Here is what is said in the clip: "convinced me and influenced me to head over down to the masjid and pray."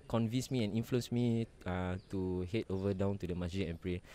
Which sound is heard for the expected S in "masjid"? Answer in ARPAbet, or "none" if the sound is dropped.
none